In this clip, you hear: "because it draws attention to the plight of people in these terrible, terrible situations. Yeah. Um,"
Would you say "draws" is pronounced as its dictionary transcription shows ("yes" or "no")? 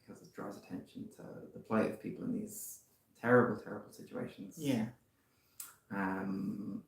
yes